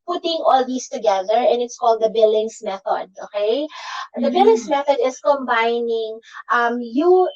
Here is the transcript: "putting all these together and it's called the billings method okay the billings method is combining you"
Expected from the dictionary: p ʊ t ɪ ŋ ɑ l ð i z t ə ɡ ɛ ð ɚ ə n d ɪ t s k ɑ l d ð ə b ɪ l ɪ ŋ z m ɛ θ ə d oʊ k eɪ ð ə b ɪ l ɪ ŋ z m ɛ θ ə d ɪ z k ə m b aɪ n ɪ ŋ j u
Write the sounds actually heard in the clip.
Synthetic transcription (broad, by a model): p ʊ t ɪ ŋ ɑ l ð i s t ə ɡ ɛ ð ɚ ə n ɪ t s k ɑ l d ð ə b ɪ l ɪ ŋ s m ɛ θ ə d oʊ k eɪ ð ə b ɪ l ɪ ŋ s m ɛ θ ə d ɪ s k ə m b aɪ n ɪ ŋ j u